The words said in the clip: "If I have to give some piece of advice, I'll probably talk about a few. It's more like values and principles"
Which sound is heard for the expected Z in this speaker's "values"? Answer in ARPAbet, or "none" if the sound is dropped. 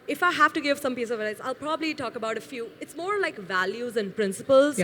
Z